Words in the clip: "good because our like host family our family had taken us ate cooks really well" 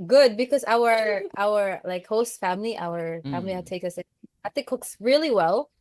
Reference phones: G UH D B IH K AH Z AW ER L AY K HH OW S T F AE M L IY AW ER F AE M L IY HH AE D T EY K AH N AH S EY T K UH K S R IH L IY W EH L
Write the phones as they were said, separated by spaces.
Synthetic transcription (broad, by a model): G UH D B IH K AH Z AW ER L AY K HH OW S T F AE M L IY AW ER F AE M L IY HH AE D T EY K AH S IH TH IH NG K UH K S R IH L IY W EH L